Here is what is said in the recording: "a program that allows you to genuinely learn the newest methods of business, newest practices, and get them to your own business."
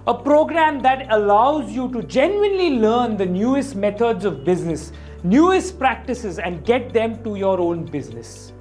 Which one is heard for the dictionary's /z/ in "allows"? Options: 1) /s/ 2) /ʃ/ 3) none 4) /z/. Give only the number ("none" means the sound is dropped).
4